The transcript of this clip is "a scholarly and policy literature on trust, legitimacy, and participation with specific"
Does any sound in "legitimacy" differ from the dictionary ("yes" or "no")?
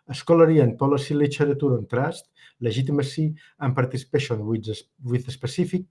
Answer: yes